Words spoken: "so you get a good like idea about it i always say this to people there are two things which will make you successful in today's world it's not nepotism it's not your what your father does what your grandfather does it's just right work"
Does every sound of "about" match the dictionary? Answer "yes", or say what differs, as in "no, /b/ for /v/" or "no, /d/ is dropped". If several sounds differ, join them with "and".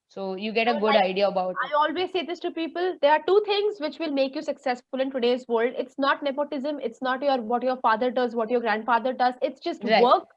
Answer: no, /t/ is dropped